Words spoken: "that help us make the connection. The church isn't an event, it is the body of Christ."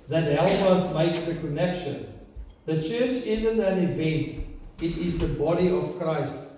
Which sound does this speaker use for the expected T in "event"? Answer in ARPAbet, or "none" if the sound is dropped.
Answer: T